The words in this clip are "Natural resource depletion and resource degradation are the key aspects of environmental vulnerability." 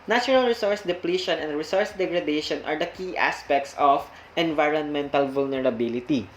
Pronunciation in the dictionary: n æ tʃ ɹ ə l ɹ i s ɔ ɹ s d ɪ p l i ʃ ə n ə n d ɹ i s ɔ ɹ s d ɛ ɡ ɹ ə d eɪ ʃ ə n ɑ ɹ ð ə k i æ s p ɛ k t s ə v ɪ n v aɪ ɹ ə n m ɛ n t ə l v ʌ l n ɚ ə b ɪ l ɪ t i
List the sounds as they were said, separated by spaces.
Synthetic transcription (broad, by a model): n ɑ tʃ ɹ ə l ɹ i s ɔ ɹ s d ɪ p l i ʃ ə n ə n d ɹ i s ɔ ɹ s d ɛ ɡ ɹ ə d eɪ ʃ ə n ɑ ɹ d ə k i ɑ s p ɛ k t s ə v ɪ n v aɪ ɹ ə n m ɛ n t ə l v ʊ l n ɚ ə b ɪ l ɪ t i